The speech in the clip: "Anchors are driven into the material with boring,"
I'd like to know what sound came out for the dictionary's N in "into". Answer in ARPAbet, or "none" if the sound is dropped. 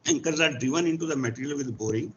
N